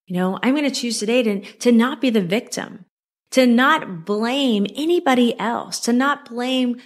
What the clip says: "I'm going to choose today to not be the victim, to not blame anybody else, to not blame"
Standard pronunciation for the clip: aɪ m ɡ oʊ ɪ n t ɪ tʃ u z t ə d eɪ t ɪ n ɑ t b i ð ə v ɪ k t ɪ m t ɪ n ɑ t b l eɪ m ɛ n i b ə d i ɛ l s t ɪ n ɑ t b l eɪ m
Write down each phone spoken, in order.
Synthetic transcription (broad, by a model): aɪ m ɡ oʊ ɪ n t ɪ tʃ u z t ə d eɪ t ɪ n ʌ t b i ð ə v ɪ k t ɪ m t ɪ n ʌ t b l eɪ m ɛ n i b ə d i ɛ l s t ɪ n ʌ t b l eɪ m